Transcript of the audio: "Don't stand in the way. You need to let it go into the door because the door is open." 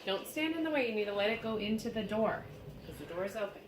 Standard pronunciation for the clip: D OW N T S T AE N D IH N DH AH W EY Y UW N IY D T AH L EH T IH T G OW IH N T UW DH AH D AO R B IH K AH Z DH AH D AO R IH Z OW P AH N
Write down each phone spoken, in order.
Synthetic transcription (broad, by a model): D OW N T S T AE N D IH N DH AH W EY Y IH N IY D T AH L EH T IH T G OW IH N T UW DH AH D AO R K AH Z DH AH D AO R IH Z OW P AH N